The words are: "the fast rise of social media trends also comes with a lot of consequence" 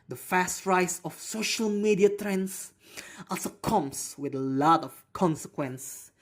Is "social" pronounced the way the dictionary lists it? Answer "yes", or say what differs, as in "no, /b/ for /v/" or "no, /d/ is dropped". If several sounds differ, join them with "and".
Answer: yes